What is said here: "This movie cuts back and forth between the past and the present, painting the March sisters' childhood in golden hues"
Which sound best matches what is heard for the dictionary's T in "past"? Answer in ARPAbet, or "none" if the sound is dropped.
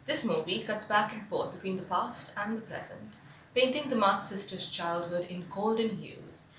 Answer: T